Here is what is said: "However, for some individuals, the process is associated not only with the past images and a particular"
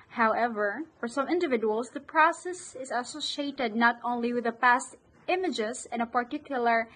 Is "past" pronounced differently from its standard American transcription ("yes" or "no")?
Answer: no